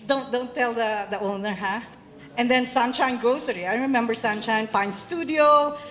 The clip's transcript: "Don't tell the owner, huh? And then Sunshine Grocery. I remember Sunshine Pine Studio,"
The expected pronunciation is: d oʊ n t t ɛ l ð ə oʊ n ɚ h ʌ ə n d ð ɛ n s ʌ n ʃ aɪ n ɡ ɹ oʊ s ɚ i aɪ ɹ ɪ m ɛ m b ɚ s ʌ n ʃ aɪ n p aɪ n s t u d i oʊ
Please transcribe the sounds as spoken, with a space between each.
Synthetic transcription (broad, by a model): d oʊ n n t ɛ l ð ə oʊ n ɚ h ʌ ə n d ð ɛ n s ʌ n ʃ aɪ n ɡ oʊ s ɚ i aɪ ɹ ɪ m ɛ m b ɚ s ʌ n ʃ aɪ n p aɪ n s t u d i oʊ